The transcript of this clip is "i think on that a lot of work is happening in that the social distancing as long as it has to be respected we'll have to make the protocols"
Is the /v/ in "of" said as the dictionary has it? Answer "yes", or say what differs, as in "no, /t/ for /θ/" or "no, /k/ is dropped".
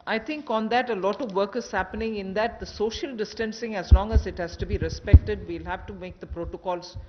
yes